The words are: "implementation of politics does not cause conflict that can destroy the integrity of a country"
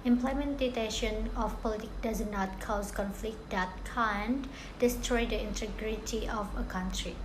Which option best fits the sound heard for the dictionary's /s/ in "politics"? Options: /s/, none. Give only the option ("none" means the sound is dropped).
none